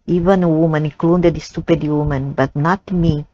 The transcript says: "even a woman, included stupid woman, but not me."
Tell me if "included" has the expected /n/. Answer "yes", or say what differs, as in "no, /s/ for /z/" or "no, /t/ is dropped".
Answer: no, /n/ is dropped